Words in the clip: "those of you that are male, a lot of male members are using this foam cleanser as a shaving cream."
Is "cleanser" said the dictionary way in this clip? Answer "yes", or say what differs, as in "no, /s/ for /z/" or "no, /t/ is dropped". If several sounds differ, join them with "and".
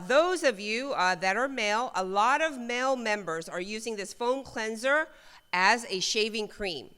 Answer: yes